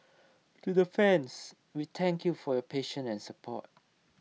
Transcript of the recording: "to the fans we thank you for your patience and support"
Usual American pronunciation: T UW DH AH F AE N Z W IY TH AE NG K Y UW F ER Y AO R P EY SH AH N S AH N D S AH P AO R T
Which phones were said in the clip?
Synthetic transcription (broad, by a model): T UW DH AH F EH N S W IY T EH NG K Y UW F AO Y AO P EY SH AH N AH N S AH P AO T